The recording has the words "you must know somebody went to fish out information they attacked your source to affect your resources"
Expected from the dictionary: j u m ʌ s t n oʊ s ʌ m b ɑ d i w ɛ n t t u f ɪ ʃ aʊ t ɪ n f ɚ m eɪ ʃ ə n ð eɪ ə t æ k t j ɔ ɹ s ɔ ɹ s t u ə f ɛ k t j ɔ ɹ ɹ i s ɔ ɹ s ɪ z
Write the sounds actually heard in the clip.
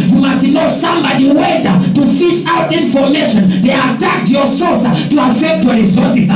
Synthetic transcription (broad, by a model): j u m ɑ s t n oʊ s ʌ m b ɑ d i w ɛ t t u f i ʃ aʊ t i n f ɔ m eɪ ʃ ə n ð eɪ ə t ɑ k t j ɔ s ɔ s t u ə f ɛ k t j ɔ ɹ ɹ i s ɔ s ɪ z